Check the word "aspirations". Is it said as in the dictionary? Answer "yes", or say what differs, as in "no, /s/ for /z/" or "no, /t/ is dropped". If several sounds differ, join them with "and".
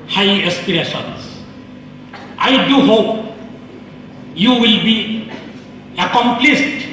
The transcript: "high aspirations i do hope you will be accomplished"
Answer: no, /s/ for /z/